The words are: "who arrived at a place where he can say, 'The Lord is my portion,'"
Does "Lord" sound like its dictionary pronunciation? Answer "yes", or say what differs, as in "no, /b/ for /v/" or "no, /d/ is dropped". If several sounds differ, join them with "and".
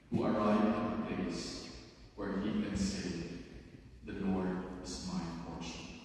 no, /n/ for /l/